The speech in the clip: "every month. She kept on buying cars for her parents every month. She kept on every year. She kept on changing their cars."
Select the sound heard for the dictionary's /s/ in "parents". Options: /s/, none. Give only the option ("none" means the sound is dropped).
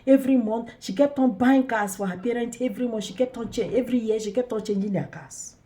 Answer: none